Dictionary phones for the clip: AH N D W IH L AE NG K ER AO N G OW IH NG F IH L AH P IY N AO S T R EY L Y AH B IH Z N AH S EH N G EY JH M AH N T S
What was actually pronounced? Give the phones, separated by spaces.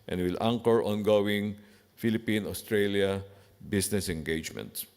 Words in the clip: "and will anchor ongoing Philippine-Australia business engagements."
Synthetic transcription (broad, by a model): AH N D W IH L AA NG K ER AO N G OW IH NG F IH L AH P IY N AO S T R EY L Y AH B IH S N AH S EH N G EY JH M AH N T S